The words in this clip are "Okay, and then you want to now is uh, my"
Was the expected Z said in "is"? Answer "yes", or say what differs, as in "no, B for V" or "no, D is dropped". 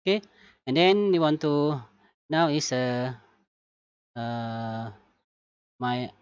no, S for Z